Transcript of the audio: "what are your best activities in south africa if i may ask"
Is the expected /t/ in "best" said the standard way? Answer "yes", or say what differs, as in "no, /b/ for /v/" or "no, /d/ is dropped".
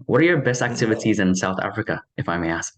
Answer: yes